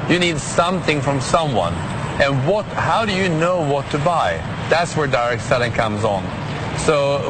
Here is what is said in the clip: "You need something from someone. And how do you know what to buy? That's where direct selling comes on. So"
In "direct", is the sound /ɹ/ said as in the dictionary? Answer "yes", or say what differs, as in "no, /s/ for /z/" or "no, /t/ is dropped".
yes